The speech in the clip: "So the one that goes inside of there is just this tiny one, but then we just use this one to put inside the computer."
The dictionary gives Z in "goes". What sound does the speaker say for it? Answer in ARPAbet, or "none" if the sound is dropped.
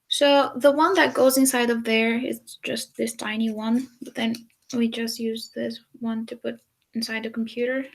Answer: Z